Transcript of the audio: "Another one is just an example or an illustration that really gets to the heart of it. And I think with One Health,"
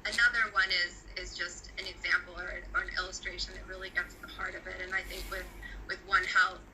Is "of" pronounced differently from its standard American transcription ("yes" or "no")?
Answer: no